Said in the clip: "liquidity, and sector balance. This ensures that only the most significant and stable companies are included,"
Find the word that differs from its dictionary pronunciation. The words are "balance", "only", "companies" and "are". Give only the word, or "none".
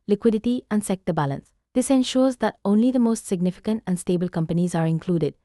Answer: none